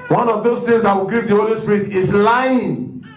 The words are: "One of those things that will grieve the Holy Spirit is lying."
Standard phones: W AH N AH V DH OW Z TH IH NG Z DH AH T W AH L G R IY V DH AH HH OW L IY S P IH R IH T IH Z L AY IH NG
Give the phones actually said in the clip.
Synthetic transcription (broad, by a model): W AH N AH V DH OW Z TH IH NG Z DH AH T W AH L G IY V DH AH HH OW L IY S P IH R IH T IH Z L AY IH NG